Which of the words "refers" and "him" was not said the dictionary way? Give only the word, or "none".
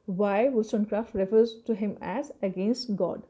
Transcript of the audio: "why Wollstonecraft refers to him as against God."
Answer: none